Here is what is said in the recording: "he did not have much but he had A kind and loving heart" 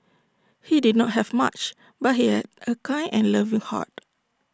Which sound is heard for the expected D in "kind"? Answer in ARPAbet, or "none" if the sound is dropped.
none